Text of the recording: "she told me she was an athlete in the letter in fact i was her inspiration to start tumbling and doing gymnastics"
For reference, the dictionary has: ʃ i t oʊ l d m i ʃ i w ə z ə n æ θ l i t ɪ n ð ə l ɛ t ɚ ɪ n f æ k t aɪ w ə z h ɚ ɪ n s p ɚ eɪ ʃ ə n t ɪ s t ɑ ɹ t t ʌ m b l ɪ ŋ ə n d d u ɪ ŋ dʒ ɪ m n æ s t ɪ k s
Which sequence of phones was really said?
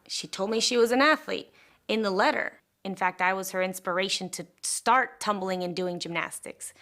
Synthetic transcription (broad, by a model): ʃ i t oʊ l d m i ʃ i w ə z ə n æ θ l i t ɪ n ð ə l ɛ t ɚ ɪ n f æ k t aɪ w ə z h ɚ ɪ n s p ɚ eɪ ʃ ə n t ɪ s t ɑ ɹ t t ʌ m b l ɪ ŋ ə n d d u ɪ ŋ dʒ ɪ m n æ s t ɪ k s